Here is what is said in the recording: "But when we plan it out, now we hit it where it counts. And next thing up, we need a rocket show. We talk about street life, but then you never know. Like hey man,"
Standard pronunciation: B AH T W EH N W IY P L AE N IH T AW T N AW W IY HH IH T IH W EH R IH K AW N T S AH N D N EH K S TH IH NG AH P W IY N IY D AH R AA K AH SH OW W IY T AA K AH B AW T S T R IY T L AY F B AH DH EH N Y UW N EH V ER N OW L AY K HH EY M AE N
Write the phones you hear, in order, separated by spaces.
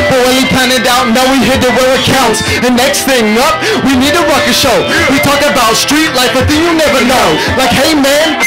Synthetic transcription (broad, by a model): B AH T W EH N W IY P AE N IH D AW T N AW W IY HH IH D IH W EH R IH K AW N T S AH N N EH K S TH IH NG AH P W IY N IY D AH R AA K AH SH OW W IY T AA K AH B AW T S T R IY T L AY F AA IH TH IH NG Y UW N EH V ER N OW L AY K HH EY M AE N